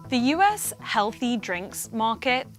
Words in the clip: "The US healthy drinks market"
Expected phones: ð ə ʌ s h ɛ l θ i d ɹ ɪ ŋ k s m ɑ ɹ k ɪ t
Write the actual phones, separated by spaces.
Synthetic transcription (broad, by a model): ð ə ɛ s h ɛ l θ i d ɹ ɪ ŋ k s m ɑ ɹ k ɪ t